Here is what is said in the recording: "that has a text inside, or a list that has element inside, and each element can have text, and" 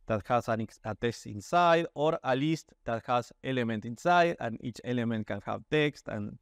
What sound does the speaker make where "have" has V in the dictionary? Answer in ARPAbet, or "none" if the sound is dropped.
B